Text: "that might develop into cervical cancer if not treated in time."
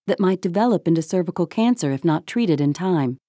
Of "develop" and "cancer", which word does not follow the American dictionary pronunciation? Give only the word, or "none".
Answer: none